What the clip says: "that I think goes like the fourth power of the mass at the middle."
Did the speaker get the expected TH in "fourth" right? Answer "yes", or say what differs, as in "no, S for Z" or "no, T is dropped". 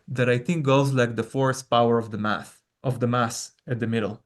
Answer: no, S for TH